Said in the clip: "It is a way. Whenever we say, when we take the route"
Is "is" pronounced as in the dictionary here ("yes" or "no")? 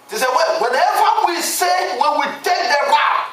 no